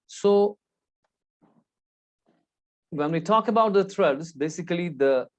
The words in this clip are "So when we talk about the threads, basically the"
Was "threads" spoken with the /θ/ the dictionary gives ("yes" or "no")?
no